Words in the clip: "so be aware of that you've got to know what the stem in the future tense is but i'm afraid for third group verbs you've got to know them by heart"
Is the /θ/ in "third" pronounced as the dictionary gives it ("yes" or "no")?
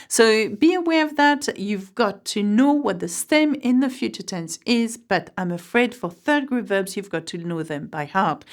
yes